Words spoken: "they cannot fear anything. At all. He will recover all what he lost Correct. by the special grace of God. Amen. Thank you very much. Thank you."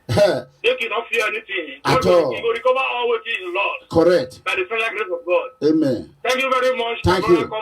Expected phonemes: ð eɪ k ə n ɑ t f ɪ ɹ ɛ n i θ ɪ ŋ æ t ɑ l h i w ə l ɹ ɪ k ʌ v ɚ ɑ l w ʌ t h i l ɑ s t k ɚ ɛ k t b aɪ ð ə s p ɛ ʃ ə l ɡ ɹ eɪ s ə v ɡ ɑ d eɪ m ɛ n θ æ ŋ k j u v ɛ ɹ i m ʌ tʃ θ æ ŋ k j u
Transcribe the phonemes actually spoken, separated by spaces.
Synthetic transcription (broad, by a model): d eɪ k ə n ɑ t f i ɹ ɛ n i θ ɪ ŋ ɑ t ɑ l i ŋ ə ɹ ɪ k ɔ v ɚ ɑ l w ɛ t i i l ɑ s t k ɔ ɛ k t b aɪ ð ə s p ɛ ə ɡ ɹ eɪ s ə v ɡ ɑ d eɪ m ɛ n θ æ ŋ k j u v ɛ ɹ i m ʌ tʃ t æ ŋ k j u